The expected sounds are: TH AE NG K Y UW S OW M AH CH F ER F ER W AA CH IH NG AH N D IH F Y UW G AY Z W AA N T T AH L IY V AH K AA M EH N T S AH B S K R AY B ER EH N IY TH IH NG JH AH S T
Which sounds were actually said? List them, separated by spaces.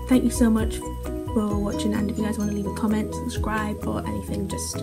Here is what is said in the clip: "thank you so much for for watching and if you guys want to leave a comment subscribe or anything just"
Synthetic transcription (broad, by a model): TH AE NG K Y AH S OW M AH CH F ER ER W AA CH IH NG AH N D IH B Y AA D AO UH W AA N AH L IY V AH K AA M EH N T S AH B S K R AY B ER EH N IY TH IH NG JH AH S T